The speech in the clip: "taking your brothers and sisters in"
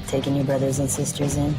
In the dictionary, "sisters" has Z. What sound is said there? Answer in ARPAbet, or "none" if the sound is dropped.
Z